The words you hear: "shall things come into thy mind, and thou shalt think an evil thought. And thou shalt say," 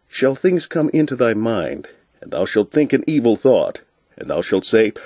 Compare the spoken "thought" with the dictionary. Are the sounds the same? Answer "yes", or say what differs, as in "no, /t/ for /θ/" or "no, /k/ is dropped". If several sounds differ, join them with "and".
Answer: yes